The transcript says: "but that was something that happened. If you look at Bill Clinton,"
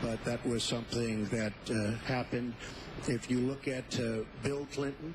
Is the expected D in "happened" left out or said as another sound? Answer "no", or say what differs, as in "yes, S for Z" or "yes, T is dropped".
no